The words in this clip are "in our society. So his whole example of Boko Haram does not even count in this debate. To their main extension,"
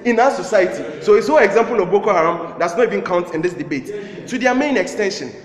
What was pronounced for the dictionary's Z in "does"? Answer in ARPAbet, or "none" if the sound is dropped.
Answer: S